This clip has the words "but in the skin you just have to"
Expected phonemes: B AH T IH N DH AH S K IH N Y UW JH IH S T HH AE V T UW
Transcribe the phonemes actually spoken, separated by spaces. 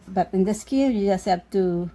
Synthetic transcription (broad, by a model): B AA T IH N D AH S K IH L Y UW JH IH S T HH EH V T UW